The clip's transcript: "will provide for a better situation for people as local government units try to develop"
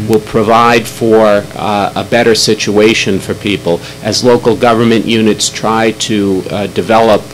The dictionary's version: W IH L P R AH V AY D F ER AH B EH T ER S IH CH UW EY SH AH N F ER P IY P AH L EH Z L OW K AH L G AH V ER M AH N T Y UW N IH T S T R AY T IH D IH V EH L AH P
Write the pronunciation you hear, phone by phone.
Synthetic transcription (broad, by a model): W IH L P R AH V AY D F ER AH B EH T ER S IH CH UW EY SH AH N F ER P IY P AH L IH Z L OW K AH L G AH V ER M AH N T Y UW N IH T S T R AY T IH D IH V EH L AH P